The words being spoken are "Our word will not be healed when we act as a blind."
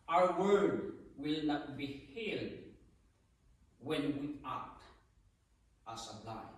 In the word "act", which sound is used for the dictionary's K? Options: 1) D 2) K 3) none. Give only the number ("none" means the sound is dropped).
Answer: 3